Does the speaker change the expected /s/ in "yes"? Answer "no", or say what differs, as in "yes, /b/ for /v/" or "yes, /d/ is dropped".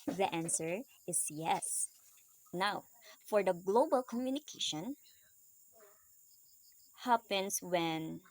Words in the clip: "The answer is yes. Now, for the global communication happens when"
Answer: no